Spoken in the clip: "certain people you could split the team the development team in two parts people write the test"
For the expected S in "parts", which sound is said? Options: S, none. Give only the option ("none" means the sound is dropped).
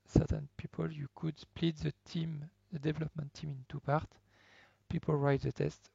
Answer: none